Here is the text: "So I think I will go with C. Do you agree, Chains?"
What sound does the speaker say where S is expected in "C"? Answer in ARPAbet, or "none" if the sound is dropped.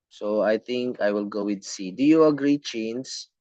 S